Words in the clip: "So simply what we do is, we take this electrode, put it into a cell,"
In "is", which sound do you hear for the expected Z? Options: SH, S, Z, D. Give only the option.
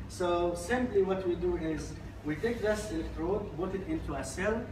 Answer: Z